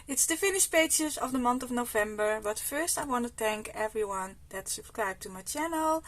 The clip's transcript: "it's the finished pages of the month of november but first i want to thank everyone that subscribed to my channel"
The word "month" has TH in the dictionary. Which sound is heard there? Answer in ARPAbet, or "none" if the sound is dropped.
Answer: T